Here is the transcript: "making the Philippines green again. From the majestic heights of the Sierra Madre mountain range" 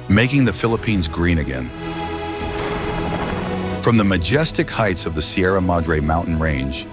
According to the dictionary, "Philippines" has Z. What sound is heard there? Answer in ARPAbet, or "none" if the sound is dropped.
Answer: Z